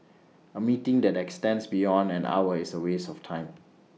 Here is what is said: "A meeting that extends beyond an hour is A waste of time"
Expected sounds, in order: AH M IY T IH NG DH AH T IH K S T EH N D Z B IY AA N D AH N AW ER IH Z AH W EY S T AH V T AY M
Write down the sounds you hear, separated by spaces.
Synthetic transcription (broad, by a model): AH M IY T IH NG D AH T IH K S T EH N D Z B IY AA N D AH N AW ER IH S AH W EY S AH F T AY M